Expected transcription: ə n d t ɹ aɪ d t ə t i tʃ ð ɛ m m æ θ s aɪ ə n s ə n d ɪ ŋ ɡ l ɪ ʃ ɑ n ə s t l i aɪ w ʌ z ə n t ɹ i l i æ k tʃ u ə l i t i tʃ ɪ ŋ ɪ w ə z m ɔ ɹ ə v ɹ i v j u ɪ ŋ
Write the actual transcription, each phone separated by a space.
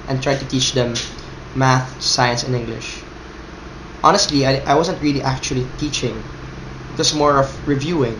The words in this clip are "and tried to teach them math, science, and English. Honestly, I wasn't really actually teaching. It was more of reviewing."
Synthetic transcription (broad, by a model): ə n t ɹ aɪ d t ə t i tʃ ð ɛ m m æ θ s aɪ ə n s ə n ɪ ŋ ɡ l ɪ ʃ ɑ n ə s t l i aɪ w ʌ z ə n t ɹ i l i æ k tʃ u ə l i t i tʃ ɪ ŋ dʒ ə s m ɔ ɹ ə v ɹ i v j u ɪ ŋ